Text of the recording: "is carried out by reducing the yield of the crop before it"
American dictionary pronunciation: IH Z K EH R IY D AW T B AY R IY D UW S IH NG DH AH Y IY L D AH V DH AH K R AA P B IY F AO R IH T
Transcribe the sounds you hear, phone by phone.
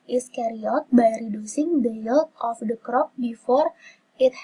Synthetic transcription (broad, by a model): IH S K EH R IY AO T B AY R IY D UW S IH NG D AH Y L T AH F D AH K R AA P B IY F AO R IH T